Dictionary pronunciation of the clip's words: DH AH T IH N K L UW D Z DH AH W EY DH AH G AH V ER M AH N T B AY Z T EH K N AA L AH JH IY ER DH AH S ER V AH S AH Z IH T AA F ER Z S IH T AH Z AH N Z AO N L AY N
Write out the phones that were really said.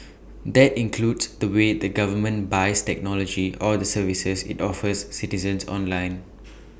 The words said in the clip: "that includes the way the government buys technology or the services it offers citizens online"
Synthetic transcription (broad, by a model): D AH T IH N K L UW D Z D AH W EY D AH G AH V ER M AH N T B AY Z T EH K N AA L AH JH IY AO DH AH S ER V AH S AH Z IH T AA F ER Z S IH T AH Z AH N S AO N L AY N